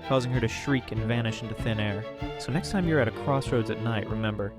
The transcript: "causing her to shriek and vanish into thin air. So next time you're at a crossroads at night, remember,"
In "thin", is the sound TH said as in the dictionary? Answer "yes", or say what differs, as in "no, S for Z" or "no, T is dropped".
yes